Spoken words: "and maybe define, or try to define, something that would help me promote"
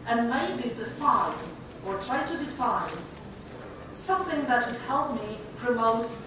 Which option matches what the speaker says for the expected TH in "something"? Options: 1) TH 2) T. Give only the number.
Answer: 1